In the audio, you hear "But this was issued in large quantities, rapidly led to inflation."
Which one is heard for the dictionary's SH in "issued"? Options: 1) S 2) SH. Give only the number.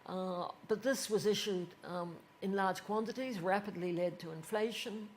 2